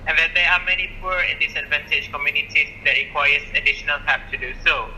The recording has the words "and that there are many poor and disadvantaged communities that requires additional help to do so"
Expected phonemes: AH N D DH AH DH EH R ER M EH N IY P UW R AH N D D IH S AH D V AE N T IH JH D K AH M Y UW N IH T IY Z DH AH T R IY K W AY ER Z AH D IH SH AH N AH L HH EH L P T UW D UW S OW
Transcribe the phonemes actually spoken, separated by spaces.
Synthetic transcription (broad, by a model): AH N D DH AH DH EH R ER M EH N IY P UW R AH N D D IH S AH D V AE N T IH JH K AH M Y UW N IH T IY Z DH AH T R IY K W AY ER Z AH D IH SH AH N AH L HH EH P T UW D UW S OW